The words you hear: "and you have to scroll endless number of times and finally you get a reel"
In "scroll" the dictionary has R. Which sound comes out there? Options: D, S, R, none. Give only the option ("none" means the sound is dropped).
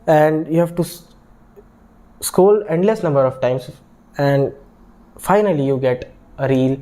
none